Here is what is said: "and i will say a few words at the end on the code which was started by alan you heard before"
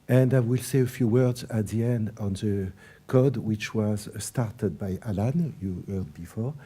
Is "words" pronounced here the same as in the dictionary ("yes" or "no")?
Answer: yes